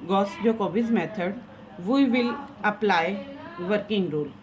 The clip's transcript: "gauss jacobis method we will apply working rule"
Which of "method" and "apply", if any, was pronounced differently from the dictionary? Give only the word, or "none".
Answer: method